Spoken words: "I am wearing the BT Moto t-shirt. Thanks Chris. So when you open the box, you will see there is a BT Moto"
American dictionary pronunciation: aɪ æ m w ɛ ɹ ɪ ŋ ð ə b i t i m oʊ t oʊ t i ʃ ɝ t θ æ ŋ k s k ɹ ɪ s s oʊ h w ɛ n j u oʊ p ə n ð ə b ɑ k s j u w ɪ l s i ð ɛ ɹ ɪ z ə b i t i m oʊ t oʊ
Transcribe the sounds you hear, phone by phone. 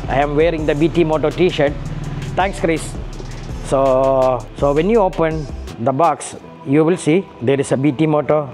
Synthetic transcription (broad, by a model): aɪ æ m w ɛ ɹ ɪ ŋ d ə b i t i m oʊ t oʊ t i ʃ ɝ t t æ ŋ k s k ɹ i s s oʊ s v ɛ n j u oʊ p ə n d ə b ɑ k s j u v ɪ l s i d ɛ ɹ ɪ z ə b i t i m oʊ t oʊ